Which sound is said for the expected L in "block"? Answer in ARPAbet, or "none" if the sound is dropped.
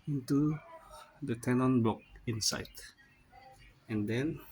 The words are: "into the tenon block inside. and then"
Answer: none